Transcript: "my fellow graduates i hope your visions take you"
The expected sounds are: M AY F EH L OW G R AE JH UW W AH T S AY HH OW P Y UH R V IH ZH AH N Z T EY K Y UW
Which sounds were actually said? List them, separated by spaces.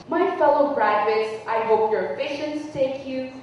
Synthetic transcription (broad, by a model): M AY F EH L OW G R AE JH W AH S AY HH OW P Y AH R F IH SH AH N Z T EY K Y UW